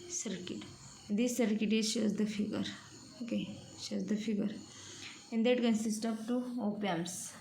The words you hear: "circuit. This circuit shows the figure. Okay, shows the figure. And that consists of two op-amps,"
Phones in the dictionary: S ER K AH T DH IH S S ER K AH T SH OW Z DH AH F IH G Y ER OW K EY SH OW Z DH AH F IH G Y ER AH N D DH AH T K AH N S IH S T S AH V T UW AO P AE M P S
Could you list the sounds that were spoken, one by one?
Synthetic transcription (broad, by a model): S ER K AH T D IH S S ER K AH T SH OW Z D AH F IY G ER OW K EY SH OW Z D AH F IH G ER AH N D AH T K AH N S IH S T AH B T UW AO P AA M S